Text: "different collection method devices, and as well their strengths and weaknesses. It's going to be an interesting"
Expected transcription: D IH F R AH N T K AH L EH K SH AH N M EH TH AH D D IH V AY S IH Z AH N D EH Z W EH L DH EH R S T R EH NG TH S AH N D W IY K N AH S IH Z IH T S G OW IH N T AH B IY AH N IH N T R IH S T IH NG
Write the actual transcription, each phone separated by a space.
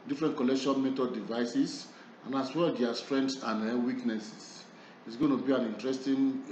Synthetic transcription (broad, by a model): D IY F R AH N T K AH L EH K SH AH N M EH T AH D D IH V AY S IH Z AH N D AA S W EH L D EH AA S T R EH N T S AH N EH W IY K N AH S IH S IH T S G OW IH N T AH B IY AH N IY N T R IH S T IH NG